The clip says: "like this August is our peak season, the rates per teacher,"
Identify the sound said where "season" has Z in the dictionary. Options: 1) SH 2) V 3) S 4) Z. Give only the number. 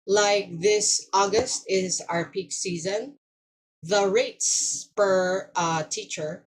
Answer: 4